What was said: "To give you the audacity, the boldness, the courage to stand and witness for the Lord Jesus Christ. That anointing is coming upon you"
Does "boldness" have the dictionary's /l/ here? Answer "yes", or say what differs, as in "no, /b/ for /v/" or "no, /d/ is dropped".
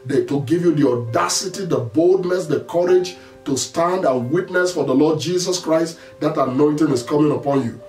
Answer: yes